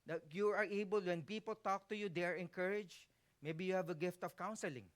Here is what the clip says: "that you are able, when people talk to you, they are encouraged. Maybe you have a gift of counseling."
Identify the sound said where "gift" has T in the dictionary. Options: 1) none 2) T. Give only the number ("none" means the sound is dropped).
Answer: 2